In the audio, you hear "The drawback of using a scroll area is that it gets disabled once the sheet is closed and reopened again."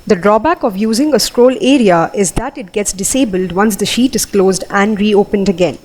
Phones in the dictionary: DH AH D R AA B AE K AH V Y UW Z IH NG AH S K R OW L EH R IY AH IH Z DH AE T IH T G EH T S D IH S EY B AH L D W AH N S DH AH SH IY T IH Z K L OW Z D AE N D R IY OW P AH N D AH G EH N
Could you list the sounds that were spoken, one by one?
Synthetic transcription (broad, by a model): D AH D R AA B AE K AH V Y UW Z IH NG AH S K R OW L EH R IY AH IH Z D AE T IH T G EH T S D IH S EY B AH L D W AH N S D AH SH IY T IH Z K L OW Z D AE N D R IY OW P AH N D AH G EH N